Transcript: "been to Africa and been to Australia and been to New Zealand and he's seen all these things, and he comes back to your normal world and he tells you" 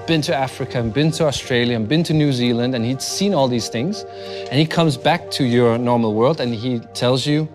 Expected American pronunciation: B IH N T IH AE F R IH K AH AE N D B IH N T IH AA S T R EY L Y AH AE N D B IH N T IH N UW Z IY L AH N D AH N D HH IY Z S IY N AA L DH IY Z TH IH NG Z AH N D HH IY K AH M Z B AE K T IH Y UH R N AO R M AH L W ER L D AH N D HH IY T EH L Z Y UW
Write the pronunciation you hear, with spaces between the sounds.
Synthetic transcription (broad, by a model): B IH N T IH AE F R IH K AH B IH N T IH AA S T R EY L Y AH B IH N T IH N UW Z IY L AH N D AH N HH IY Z S IY N AA L DH IY Z TH IH NG Z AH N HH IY K AH M Z B AE K T IH Y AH R N AO R M L W ER L D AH N IY T EH L Z Y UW